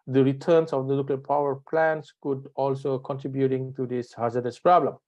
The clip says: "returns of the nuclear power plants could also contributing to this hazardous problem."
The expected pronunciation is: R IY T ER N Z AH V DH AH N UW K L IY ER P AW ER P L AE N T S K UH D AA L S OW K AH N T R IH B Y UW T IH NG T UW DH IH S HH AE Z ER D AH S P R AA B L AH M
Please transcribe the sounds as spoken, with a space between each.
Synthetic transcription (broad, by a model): R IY T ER N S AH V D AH L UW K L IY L P AW ER P L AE N S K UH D AA L S OW K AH N T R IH B Y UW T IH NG T UW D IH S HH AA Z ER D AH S P R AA B L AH M